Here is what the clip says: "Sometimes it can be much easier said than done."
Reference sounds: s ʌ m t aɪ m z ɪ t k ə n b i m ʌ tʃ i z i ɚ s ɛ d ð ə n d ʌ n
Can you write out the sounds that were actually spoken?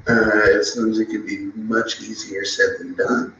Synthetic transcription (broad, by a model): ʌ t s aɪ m z ɪ t k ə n b i m ʌ tʃ i z i ɚ s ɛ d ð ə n d ʌ n